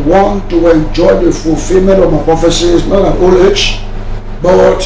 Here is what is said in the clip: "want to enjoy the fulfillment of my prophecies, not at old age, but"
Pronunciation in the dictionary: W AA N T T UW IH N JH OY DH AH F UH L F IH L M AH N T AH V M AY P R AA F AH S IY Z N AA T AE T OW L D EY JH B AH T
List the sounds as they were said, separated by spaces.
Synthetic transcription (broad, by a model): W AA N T T UW IH N JH OY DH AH F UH L F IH L M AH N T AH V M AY P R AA F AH S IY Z N AA T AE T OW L EY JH B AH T